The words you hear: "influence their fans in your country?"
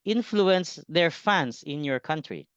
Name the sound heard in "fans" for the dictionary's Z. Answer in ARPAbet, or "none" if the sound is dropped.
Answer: S